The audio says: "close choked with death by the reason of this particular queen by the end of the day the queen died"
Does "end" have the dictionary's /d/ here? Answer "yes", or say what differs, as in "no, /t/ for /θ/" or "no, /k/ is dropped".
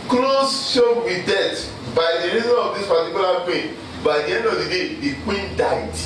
no, /d/ is dropped